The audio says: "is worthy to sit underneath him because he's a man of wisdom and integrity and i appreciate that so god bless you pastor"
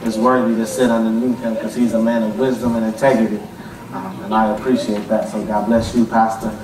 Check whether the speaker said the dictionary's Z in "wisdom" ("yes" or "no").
yes